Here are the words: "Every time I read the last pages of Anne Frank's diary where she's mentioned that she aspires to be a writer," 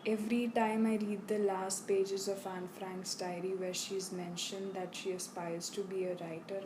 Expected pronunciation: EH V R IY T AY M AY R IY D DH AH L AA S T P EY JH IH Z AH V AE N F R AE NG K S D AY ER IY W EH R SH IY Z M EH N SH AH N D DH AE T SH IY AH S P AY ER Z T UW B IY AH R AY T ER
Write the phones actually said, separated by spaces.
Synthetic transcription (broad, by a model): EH V R IY T AY M AY R IY D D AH L AA S T P EY JH IH Z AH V AE N F R AE NG K S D AY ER IY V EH R SH IY Z M EH N SH AH N D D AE T SH IY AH S P AY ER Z T UW B IY AH R AY T ER